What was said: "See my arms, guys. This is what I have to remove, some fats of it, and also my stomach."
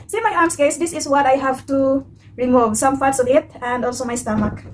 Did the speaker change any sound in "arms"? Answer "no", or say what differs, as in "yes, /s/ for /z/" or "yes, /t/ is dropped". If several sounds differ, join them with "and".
yes, /s/ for /z/